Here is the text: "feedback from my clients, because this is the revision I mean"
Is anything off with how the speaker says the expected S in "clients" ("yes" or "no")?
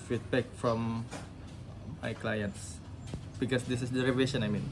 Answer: no